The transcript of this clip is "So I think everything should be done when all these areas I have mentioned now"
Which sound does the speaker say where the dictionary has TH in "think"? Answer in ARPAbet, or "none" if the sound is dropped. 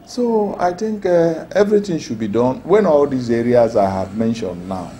T